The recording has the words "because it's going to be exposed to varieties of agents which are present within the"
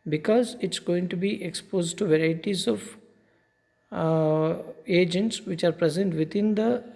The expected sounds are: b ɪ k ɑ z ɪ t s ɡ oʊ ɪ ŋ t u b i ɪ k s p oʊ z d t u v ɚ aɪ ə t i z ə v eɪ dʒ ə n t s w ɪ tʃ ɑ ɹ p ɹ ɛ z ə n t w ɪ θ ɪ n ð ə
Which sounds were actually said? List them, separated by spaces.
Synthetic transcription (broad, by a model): b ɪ k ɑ z ɪ t s ɡ oʊ ɪ ŋ t u b i ɪ k s p oʊ z d t u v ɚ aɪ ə t i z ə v eɪ dʒ ə n t s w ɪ tʃ ɑ ɹ p ɹ ɛ z ə n t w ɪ t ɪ n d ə